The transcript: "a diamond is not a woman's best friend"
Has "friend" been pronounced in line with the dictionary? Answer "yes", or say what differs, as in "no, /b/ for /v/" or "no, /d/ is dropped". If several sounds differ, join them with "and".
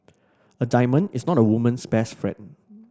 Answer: no, /d/ is dropped